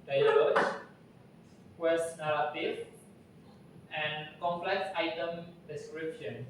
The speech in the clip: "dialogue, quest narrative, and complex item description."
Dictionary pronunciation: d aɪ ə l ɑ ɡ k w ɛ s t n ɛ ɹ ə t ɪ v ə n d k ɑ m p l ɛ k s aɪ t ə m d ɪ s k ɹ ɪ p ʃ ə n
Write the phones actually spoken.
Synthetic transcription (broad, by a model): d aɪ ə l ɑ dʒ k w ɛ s n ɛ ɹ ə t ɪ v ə n k ɑ m p l ɛ k s aɪ t ə m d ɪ s k ɹ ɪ p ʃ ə n